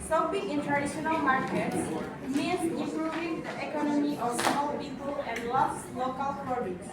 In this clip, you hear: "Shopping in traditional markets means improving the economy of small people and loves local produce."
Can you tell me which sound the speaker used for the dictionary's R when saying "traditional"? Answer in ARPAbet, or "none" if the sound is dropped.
none